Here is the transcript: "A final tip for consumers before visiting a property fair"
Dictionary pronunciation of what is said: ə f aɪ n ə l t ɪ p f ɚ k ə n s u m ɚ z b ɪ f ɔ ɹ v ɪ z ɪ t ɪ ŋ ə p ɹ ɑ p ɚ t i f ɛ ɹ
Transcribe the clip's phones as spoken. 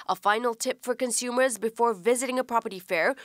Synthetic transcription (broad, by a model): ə f aɪ n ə l t ɪ p f ɚ k ə n s u m ɚ z b ɪ f ɔ ɹ v ɪ z ɪ t ɪ ŋ ə p ɹ ɑ p ɚ t i f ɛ ɹ